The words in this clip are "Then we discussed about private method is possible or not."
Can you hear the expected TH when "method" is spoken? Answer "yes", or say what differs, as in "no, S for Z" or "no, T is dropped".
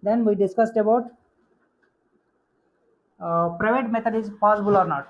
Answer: no, T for TH